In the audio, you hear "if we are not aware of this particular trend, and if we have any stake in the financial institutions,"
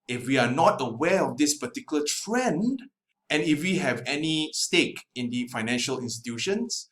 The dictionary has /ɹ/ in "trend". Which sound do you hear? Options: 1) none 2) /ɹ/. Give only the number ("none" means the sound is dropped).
2